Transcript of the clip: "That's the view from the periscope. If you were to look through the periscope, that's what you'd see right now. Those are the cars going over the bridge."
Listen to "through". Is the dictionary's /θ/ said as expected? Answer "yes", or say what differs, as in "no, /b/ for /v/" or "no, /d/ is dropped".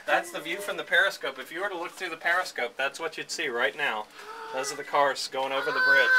yes